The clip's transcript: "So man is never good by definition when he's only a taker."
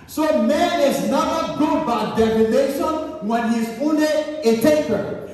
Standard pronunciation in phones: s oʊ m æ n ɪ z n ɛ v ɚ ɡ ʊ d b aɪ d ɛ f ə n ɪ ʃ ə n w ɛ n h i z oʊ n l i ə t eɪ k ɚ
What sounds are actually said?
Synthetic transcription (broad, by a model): s oʊ m æ n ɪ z n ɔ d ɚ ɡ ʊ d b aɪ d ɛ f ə n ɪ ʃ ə n w ɛ n h i z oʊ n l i ə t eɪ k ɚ